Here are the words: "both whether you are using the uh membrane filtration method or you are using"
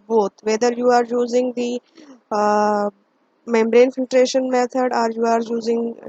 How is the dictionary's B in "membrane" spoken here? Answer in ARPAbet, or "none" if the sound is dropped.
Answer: B